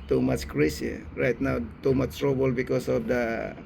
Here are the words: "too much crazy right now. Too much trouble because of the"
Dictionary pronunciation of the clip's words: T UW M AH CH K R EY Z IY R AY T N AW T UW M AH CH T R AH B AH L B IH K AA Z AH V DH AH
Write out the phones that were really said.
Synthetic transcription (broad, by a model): T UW M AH CH K R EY S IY R AY T N AW T UW M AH CH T R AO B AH L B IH K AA S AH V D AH